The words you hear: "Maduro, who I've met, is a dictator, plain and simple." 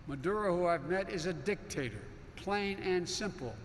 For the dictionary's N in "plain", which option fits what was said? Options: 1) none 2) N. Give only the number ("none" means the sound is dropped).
2